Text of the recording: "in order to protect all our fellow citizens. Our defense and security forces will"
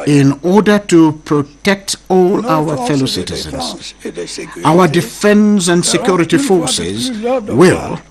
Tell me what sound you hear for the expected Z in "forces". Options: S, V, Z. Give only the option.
Z